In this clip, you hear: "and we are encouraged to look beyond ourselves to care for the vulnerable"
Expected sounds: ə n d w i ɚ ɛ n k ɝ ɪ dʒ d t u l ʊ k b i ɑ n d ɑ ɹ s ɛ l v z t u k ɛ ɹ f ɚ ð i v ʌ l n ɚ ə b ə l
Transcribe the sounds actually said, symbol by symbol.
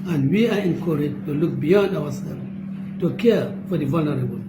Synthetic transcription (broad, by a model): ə n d w i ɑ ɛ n k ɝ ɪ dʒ t u l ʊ k b i ɑ n d ɑ w s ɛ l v t u k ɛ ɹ f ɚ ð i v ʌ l n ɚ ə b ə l